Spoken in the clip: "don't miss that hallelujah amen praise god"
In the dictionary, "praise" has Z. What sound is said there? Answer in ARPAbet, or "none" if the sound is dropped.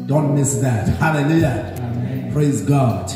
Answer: Z